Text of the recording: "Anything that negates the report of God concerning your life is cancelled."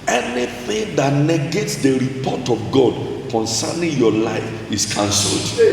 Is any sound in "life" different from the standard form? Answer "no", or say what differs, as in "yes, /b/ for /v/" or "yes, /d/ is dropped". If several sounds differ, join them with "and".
no